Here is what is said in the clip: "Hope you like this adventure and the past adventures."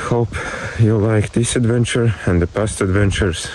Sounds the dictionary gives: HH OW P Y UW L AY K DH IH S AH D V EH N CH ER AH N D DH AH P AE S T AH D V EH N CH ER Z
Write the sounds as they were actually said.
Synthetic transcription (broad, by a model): HH OW P Y UW L AY K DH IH S AH D V EH N CH ER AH N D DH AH P AE S T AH D V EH N CH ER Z